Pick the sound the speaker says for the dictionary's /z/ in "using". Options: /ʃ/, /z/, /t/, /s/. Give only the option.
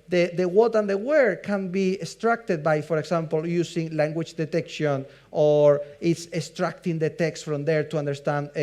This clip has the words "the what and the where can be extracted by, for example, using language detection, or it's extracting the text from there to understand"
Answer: /s/